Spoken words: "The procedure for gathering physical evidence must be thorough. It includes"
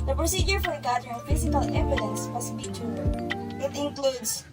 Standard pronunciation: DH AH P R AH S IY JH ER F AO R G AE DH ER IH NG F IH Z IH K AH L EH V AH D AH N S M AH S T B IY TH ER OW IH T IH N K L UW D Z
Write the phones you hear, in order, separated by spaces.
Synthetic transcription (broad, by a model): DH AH P R AH S IY JH ER F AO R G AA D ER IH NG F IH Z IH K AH L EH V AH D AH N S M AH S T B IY T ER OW IH T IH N K L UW D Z